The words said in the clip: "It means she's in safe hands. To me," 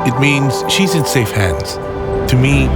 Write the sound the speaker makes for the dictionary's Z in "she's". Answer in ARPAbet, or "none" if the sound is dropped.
Z